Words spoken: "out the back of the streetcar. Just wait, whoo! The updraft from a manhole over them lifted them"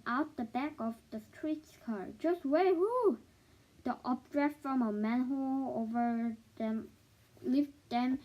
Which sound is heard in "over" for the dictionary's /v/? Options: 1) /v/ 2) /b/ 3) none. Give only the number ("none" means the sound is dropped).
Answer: 1